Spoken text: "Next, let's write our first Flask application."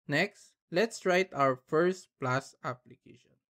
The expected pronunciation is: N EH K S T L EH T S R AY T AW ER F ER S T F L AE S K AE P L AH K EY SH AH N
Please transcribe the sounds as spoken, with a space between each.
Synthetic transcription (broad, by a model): N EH K S T L EH T S R AY T AW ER F ER S T P L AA S AA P L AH K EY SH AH N